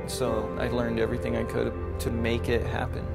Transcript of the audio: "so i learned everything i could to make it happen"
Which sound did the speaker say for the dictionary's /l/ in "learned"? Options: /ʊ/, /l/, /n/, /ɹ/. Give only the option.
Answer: /l/